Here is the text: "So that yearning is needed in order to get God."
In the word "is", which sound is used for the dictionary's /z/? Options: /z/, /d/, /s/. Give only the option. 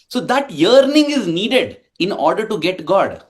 /z/